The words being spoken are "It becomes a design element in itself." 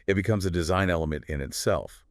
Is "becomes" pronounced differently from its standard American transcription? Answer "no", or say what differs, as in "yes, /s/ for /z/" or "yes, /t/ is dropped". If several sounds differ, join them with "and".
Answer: no